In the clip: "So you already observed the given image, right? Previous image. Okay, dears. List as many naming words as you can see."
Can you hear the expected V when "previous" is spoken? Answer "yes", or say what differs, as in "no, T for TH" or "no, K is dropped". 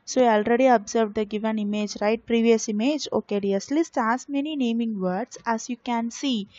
yes